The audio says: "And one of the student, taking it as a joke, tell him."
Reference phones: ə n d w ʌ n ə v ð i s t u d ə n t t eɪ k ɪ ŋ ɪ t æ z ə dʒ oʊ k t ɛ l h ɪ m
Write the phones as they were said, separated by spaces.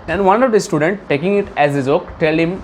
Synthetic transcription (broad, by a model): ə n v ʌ n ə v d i s t u d ə n t t eɪ k ɪ ŋ ɪ t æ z ə z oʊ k t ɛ l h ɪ m